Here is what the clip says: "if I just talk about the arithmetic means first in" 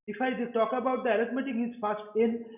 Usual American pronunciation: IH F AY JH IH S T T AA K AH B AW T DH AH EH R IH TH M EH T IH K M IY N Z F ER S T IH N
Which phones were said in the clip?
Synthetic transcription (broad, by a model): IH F AY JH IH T T AA K AH B AW T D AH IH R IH T M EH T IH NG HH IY Z F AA S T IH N